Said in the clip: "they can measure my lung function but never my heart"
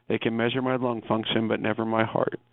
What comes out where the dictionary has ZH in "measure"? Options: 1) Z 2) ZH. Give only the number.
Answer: 2